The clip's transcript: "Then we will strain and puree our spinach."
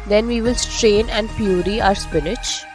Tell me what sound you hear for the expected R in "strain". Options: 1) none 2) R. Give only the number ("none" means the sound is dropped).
2